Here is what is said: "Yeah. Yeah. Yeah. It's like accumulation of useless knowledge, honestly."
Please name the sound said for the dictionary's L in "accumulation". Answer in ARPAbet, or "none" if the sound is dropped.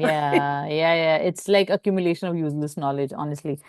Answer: L